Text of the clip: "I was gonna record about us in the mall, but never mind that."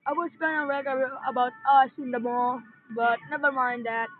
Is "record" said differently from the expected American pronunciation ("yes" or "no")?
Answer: yes